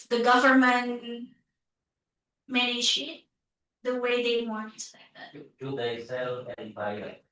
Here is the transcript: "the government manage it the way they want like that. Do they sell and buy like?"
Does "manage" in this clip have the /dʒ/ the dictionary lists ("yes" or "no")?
no